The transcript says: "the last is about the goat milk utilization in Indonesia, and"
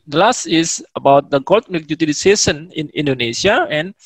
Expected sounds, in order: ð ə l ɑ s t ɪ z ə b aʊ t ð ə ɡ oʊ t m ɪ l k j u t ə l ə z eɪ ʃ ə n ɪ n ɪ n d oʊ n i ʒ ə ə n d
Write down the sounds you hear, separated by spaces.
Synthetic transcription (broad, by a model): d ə l ɑ s t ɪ s ə b aʊ t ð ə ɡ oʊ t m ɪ k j u t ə l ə s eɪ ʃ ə n ɪ n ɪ n d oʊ n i s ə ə n